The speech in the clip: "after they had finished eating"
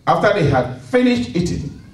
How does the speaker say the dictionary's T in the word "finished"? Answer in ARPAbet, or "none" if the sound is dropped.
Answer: T